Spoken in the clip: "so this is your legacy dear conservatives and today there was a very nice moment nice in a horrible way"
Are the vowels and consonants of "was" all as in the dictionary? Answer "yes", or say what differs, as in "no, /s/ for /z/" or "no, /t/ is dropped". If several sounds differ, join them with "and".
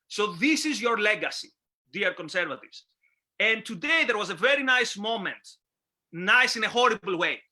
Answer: yes